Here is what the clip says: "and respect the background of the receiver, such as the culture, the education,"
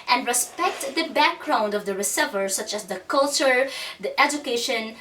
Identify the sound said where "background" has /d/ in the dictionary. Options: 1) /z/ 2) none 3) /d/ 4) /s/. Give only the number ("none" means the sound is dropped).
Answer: 3